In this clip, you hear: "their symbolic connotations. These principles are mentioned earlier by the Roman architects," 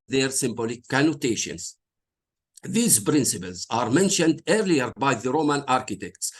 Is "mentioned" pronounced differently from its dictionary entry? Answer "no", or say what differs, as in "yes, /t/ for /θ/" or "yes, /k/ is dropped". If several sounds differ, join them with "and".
no